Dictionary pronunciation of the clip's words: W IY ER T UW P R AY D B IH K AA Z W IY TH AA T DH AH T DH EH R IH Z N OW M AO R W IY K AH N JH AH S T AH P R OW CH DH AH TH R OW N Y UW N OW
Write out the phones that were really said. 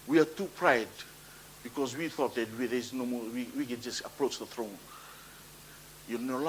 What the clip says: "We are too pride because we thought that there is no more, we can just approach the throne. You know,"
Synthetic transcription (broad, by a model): W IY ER T UW P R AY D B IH K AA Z W IY TH AA T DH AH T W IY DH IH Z N OW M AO W W IY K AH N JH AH S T AH P R OW CH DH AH TH R OW N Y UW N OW